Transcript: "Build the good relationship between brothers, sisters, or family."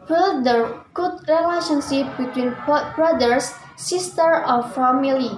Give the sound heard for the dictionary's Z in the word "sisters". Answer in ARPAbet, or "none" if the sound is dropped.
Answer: none